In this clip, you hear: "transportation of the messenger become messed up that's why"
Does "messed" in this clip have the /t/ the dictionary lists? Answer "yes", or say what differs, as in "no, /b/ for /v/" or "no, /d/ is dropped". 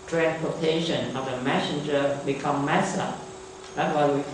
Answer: no, /t/ is dropped